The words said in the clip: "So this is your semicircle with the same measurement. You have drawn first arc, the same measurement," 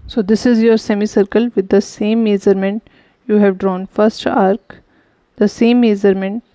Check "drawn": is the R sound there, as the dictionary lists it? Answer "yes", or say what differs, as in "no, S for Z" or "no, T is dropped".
yes